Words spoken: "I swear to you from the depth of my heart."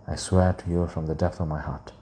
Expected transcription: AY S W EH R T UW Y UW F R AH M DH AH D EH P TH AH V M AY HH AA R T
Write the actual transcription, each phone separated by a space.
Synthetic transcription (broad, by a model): AY S W EH R T UW Y UW F R AH M DH AH D EH P TH AH V M AY HH AA R T